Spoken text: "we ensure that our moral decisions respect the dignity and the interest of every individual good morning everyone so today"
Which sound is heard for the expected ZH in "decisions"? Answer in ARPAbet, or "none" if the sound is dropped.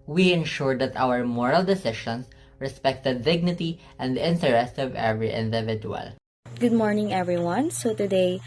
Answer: SH